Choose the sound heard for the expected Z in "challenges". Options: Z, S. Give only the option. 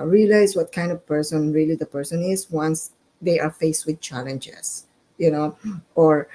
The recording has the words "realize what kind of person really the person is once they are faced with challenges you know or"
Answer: S